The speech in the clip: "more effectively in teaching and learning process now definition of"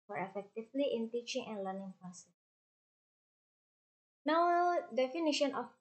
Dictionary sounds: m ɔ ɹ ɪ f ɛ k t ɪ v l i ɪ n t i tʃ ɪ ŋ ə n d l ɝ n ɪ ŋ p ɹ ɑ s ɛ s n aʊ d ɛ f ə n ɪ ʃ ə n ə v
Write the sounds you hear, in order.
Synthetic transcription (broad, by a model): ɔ ɹ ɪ f ɛ k t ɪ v l i ɪ n t i tʃ ɪ ŋ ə n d l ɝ n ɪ ŋ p ɑ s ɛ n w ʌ d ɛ f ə n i ʃ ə n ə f